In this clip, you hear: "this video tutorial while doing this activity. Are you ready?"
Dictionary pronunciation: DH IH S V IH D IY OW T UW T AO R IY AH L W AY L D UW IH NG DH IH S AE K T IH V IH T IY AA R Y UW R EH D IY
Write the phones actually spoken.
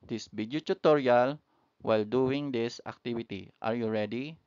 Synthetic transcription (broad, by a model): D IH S B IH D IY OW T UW T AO R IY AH L W AY L D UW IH NG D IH S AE K T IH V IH T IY AA R Y UW R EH D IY